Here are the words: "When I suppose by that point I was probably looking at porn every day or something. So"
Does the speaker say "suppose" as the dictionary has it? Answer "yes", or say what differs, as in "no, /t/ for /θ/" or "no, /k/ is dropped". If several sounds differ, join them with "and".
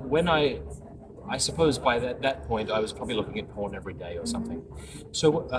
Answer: yes